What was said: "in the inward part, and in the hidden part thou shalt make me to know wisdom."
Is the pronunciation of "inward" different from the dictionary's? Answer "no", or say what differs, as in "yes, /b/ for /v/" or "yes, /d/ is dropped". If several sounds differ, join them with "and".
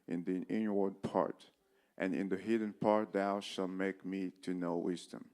no